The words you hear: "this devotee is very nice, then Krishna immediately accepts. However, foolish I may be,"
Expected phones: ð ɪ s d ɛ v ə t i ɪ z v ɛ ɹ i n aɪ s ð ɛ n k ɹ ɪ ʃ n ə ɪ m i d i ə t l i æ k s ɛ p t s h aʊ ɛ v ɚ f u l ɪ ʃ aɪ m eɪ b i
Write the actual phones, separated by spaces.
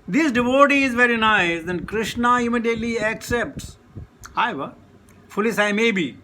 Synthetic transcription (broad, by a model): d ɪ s d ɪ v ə t i ɪ z v ɛ ɹ i n aɪ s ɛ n k ɹ ɪ ʃ n ə ɪ m i d i ə t l i æ k s ɛ p t s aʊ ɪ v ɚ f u l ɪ s aɪ m eɪ b i